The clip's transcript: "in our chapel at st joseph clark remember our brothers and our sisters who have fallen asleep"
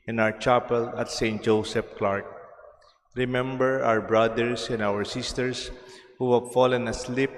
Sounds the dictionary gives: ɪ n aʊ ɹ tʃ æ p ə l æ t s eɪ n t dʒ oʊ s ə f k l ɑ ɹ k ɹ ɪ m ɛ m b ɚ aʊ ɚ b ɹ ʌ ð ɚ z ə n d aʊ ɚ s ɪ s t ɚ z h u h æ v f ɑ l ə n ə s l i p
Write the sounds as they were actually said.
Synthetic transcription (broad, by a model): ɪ n aʊ ɹ tʃ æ p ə l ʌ t s eɪ n t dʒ oʊ s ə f k l ɑ ɹ k ɹ ɪ m ɛ m b ɚ aʊ ɚ b ɹ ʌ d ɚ s ə n d aʊ ɚ s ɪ s t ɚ s h u h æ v f ɑ l ə n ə s l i p